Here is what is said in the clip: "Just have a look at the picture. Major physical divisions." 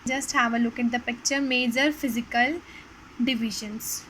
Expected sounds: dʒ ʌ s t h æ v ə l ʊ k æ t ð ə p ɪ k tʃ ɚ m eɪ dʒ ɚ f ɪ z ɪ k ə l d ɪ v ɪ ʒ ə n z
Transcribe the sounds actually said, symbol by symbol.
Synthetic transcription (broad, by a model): dʒ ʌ s t h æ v ə l ʊ k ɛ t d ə p ɪ k tʃ ɚ m eɪ dʒ ɚ f ɪ z ɪ k ə l d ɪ v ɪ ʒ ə n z